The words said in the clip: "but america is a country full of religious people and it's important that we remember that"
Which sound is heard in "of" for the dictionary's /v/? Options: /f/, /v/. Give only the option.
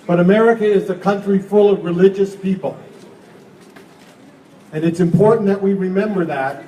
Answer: /v/